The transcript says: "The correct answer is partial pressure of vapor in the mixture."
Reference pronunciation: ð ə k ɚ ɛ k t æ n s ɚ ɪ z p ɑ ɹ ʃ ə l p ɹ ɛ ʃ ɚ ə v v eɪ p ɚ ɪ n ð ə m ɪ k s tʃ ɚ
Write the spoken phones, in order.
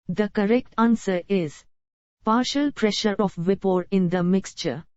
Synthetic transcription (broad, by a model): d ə k ɚ ɛ k t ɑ n s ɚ ɪ z p ɑ ɹ ʃ ə l p ɹ ɛ ʃ ɚ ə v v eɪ p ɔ ɪ n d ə m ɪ k s tʃ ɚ